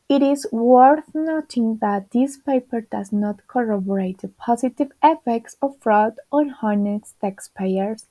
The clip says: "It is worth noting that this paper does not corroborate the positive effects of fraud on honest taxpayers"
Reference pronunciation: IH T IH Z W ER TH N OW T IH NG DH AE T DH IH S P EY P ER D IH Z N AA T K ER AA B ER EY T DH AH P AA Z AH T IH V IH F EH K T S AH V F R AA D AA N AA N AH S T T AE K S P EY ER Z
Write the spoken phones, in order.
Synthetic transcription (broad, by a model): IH T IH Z W ER TH N OW T IH NG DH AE T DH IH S P EY P ER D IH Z N AA T K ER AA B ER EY T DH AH P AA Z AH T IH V IH F EH K T S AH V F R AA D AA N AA N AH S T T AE K S P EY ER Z